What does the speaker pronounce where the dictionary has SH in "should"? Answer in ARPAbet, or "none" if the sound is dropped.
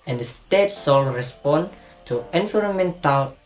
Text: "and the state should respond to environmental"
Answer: S